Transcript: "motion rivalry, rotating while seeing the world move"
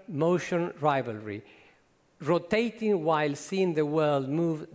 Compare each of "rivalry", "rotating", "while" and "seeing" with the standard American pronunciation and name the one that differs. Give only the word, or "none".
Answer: none